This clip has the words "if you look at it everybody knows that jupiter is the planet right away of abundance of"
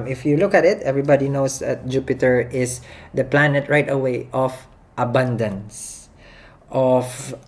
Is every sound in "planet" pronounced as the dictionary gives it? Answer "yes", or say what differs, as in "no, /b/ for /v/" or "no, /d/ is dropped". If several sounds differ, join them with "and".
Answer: yes